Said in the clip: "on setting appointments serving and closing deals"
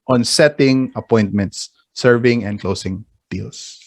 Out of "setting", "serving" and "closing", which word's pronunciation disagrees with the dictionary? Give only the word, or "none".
closing